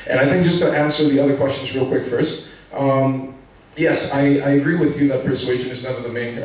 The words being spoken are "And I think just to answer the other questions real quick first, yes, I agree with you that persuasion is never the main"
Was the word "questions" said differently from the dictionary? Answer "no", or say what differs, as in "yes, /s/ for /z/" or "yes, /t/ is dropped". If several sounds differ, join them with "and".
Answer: no